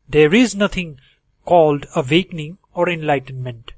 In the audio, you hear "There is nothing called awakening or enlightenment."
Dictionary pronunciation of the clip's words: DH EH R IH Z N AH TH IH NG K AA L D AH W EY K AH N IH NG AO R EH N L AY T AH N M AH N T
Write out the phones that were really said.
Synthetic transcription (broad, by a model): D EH R IH Z N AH T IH NG K AA L D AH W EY K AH N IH NG AO R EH N L AY T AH N M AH N T